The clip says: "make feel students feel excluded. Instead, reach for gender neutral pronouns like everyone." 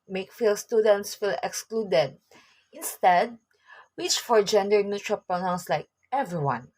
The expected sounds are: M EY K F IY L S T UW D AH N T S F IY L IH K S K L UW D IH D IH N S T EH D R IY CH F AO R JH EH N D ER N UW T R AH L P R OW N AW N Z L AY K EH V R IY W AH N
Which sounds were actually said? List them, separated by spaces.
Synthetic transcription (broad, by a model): M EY K F IY L S T UW D AH N T S F IY L IH K S K L UW D IH D IH N S T EH D W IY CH F AO R JH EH N D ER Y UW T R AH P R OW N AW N S L AY K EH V R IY W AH N